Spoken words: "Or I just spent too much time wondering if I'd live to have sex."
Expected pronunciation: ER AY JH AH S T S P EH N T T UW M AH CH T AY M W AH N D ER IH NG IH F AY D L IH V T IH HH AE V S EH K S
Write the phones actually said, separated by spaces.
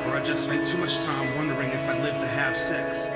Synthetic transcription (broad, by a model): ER AY JH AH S S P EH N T T UW M AH CH T AY M W AH N D ER IH NG IH F AY L IH V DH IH HH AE F S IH K S